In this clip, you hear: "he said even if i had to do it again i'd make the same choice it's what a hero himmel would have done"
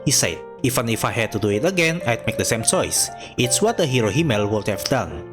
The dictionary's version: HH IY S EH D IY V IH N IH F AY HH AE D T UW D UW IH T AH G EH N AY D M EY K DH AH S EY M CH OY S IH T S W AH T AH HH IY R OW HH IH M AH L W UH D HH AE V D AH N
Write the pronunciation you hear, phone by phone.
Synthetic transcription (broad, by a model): HH IY S EH D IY F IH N IH F AY HH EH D T UW D UW IH T AH G EH N AY D M EY K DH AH S EY M CH OY S IH T S W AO T AH HH IY R OW HH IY M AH L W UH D HH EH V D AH N